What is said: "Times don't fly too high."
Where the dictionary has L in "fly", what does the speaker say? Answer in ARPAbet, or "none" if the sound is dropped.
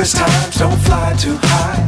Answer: L